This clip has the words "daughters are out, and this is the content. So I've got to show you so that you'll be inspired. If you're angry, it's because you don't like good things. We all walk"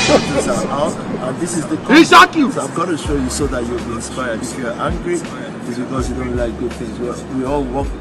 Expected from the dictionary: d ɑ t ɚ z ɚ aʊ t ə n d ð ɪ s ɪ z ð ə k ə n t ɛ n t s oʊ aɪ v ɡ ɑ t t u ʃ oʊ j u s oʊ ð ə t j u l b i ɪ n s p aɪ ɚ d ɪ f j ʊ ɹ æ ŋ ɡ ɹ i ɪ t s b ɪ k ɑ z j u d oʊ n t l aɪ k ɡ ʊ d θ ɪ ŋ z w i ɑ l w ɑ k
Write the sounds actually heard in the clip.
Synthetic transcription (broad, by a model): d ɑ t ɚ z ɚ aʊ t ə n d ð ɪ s ɪ z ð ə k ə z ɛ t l s oʊ aɪ v ɡ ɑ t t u ʃ oʊ j u s oʊ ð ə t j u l b i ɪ n s p aɪ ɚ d ɪ f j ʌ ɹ æ ŋ ɡ ɹ i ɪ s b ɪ k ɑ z j u d oʊ n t l aɪ k ɡ ʊ d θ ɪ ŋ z w i ɑ l w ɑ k